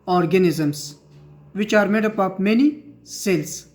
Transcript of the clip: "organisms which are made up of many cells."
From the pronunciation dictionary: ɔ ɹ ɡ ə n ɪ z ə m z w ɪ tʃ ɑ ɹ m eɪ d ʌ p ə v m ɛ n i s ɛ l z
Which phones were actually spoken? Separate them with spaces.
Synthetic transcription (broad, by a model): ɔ ɹ ɡ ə n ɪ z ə m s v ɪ tʃ ɑ ɹ m eɪ d ʌ p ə p m ɛ n i s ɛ l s